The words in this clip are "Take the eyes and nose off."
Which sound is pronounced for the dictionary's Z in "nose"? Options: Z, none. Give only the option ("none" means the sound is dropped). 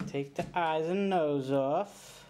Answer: Z